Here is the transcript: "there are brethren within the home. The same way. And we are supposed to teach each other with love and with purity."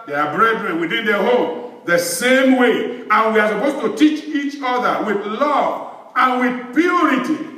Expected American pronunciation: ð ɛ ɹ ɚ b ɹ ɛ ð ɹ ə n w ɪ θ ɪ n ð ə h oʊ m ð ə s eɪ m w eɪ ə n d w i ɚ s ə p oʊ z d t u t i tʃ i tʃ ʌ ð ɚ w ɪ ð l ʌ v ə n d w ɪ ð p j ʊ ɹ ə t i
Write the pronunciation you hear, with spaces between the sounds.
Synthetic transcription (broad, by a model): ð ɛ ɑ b ɹ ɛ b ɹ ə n w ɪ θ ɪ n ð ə h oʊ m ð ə s eɪ m w eɪ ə n w i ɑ s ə p oʊ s t u t i tʃ i tʃ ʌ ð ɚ w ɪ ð l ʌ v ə n w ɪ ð p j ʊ ɹ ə t i